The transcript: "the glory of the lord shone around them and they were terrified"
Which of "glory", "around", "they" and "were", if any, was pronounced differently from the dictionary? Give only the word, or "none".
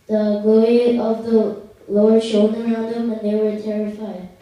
glory